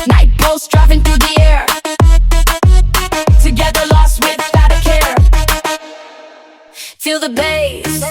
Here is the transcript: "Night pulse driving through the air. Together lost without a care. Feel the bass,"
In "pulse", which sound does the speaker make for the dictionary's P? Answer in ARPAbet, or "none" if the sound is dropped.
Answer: B